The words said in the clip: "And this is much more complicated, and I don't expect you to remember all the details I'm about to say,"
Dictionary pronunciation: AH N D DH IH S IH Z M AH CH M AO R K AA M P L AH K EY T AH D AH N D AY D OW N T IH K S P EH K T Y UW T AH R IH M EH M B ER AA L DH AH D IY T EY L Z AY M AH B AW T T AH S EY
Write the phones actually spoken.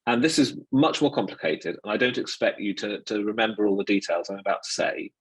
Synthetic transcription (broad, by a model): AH N DH IH S IH Z M AH CH M AO R K AA M P L AH K EY T AH D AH N AY D OW N T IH K S P EH K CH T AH T AH R IH M EH M B ER AA L DH AH D IY T EY L Z AY M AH B AW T T AH S EY